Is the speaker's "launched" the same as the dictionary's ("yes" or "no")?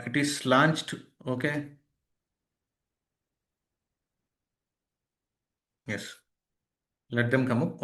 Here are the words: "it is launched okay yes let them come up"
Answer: yes